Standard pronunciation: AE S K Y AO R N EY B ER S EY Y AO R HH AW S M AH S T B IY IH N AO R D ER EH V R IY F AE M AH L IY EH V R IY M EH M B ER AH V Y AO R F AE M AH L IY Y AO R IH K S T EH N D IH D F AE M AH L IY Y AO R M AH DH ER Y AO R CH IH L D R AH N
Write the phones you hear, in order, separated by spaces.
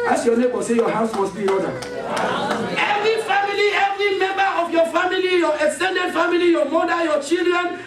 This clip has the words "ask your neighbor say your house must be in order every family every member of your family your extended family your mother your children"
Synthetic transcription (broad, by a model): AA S Y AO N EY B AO S EY Y AO HH AW S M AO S B IY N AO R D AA EH V R IY F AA M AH L IY EH V R IY M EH M B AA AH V Y AO F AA M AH L IY Y AO IH K S T EH N D IH D F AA M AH L IY Y AO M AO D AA Y AO CH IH L D R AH N